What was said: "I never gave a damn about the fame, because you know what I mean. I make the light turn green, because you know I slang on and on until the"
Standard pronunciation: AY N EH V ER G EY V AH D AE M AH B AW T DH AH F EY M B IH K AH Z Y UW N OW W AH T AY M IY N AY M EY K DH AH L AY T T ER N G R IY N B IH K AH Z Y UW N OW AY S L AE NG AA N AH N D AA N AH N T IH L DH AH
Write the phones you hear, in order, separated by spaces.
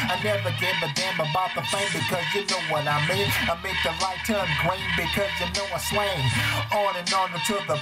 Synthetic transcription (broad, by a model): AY N EH V ER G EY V AH D AE M AH B AW T DH AH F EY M B IH K AH Z Y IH N OW W AH T AY M IY N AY M EY K DH AH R AY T T ER N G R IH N B IH K AH Z Y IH N OW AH S W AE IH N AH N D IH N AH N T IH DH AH